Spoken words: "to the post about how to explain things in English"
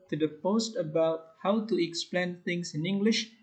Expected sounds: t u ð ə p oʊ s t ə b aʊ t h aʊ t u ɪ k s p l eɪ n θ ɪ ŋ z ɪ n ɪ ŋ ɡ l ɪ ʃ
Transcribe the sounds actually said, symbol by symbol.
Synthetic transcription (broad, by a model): t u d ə p oʊ s t ə b aʊ t h aʊ t u ɪ k s p l eɪ n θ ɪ ŋ s ɪ n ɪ ŋ ɡ l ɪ ʃ